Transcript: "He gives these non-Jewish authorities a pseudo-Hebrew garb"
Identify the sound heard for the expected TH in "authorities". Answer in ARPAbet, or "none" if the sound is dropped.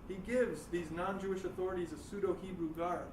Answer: TH